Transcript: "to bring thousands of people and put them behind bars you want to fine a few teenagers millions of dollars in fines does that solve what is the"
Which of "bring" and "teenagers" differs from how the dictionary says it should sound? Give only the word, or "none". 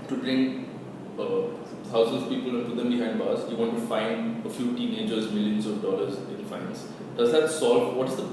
none